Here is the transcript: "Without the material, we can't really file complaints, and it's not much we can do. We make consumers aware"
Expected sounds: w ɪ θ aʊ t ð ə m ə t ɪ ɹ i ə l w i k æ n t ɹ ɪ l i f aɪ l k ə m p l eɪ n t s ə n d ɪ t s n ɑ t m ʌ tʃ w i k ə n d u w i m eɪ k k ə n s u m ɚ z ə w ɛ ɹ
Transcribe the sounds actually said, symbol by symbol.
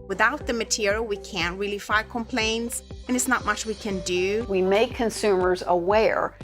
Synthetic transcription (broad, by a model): w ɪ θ aʊ t ð ə m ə t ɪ ɹ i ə l w i k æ n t ɹ ɪ l i f aɪ k ə m p l eɪ n t s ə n ɪ t s n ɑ t m ʌ tʃ w i k ə n d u w i m eɪ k k ə n s u m ɚ z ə w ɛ ɹ